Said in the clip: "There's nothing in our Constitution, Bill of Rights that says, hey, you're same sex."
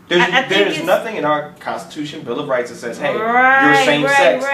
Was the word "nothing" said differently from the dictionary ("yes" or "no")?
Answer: no